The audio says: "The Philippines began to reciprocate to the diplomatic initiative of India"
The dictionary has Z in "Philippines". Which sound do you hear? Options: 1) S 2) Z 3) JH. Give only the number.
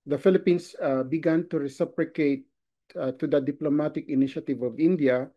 1